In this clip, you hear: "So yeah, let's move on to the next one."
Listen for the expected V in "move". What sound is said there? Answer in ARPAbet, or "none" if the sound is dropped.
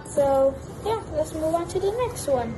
W